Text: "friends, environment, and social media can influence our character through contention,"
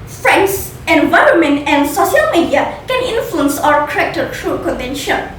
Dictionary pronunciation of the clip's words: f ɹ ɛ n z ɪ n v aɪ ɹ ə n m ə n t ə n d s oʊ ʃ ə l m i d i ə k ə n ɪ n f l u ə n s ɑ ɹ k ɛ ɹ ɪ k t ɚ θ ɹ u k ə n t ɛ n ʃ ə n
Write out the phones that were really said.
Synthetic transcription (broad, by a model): f ɹ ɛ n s ɪ n v aɪ ɹ ə n m ə n t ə n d s oʊ ʃ ə l m i d i ə k ə n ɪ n f l u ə n s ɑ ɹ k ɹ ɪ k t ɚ t ɹ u k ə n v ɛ n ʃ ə n